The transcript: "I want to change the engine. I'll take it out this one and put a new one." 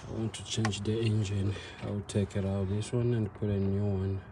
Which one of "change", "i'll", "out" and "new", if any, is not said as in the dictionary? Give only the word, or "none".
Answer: i'll